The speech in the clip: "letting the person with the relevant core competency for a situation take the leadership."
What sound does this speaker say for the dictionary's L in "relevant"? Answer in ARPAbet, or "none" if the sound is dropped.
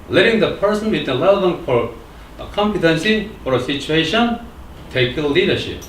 none